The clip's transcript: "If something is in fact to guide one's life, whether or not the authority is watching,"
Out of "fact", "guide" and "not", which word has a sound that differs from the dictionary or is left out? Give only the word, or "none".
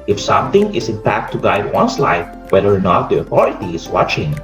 fact